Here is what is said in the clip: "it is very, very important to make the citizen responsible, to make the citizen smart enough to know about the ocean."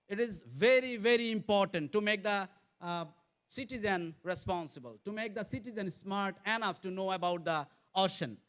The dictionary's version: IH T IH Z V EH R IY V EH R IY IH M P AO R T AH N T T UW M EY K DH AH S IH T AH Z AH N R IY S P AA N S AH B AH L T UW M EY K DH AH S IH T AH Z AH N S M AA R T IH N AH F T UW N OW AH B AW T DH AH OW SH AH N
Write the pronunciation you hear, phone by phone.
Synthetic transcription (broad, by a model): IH T IH Z V EH R IY V EH R IY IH M P AO R T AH N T T UW M EY K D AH S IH T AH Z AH N R IY S P AA N S AH B AH L T UW M EY K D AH S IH T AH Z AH N S M AA R T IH N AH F T UW N OW AH B AW T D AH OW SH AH N